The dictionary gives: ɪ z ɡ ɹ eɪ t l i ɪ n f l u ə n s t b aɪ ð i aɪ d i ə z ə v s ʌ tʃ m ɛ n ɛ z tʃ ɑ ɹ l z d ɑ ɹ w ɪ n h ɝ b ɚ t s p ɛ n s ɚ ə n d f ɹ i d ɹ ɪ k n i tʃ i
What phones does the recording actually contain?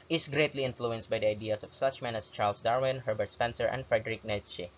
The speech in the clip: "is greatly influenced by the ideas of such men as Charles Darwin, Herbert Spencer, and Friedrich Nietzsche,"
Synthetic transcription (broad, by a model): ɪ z ɡ ɹ eɪ t l i ɪ n f l u ə n s t b aɪ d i aɪ d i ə s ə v s ʌ tʃ m ɛ n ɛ s tʃ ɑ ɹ l s d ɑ ɹ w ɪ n h ɝ b ɚ t s p ɛ n s ɚ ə n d f ɹ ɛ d ɹ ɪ k n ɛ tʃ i